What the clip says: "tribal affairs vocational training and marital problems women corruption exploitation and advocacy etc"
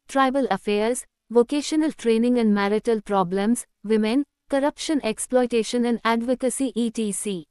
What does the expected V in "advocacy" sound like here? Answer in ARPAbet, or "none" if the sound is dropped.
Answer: V